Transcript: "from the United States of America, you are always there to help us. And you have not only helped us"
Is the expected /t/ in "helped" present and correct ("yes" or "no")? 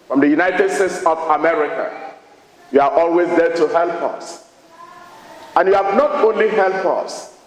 no